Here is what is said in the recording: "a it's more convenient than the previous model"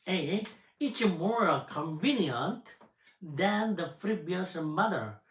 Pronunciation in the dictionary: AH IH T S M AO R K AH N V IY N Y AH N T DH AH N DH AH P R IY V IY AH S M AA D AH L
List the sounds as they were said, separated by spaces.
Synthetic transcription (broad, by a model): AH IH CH M AO R K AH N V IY N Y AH N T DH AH N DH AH F R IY B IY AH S M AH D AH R